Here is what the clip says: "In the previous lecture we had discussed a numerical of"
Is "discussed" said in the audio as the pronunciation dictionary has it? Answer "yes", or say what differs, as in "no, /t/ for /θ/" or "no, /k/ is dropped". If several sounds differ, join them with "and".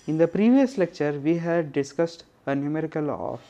yes